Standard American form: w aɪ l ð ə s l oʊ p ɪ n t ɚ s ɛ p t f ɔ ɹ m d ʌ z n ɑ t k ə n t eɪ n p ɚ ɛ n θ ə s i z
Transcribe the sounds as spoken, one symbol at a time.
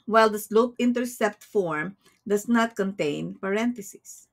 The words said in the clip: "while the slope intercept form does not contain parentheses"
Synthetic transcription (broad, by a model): w aɪ l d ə s l oʊ p ɪ n t ɚ s ɛ p t f ɔ ɹ m d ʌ s n ɑ t k ə n t eɪ n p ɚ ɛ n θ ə s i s